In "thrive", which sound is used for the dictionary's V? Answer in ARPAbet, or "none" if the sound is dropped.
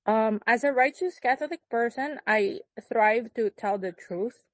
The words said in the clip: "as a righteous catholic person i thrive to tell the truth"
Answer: V